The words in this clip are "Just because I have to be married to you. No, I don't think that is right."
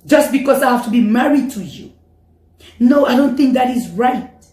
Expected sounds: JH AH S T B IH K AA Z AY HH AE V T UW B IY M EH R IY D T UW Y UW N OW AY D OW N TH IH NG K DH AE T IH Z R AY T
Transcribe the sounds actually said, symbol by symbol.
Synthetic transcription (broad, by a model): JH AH S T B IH K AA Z AY HH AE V T UW B IY M EH R IY D T UW Y UW N OW AY D OW N TH IH NG K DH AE T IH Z R AY T